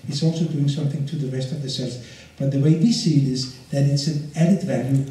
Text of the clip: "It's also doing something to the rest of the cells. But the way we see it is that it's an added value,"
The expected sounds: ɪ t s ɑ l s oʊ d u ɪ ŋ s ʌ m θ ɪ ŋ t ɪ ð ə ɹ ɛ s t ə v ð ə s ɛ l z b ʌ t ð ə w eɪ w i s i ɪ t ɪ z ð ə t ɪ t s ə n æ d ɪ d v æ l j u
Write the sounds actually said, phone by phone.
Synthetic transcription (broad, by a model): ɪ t s ɑ l s oʊ d u ɪ ŋ s ʌ m θ ɪ ŋ t ɪ ð ə ɹ ɛ s t ə v ð ə s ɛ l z b ʌ t ð ə w eɪ w i s i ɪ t ɪ z ð ə t ɪ t s ə n æ d ɪ d v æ l j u